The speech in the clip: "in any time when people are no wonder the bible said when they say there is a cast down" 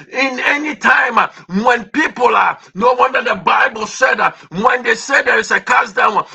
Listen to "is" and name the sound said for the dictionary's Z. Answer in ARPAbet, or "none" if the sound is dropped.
S